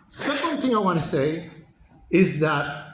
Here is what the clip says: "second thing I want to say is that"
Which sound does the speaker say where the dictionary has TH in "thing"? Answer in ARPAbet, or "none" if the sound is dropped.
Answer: TH